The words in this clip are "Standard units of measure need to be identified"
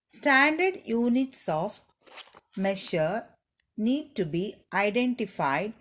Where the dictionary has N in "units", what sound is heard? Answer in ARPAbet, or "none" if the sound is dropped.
N